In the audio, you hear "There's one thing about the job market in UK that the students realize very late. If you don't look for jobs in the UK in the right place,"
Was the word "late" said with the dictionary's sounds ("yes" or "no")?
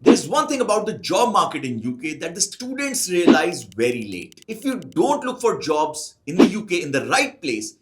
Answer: yes